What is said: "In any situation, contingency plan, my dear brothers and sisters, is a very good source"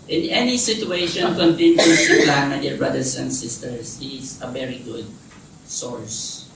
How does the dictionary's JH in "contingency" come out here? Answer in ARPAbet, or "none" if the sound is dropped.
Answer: none